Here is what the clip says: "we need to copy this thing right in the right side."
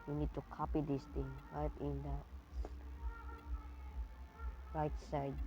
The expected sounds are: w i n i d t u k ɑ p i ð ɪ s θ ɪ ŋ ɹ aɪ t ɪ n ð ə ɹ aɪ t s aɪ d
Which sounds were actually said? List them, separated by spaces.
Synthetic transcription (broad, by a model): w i n i d t u k ɑ p i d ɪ s t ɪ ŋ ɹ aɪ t ɪ n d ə ɹ aɪ t s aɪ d